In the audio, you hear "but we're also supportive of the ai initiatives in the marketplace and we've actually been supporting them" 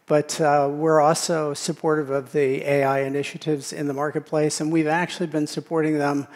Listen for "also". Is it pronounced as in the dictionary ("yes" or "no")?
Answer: yes